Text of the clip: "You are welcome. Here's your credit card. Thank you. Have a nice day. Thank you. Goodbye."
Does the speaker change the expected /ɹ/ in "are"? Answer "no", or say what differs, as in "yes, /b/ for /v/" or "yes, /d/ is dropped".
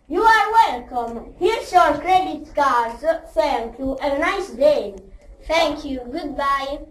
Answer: no